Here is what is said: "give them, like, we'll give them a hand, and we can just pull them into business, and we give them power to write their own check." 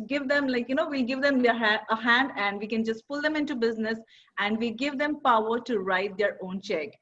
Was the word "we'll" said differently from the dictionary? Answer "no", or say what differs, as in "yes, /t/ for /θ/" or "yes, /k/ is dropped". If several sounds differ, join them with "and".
yes, /n/ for /l/